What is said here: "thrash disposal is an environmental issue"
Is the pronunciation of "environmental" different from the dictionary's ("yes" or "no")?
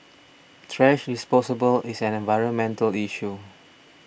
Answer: no